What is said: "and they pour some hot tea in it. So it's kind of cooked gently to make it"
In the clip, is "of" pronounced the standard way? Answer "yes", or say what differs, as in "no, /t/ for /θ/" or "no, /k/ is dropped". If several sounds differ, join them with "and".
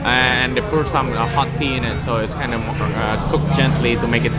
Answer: no, /w/ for /v/